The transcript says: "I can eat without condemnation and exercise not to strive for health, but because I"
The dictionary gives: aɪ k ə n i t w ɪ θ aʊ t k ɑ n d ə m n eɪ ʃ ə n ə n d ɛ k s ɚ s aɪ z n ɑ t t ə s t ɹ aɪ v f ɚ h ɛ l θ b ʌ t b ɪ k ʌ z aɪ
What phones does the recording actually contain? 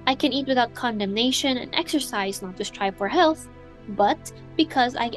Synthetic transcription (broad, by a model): aɪ k ə n i t w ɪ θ aʊ t k ɑ n d ə m n eɪ ʃ ə n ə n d ɛ k s ɚ s aɪ z n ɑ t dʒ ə s t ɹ aɪ f ɚ h ɛ l θ b ʌ t b ɪ k ʌ z aɪ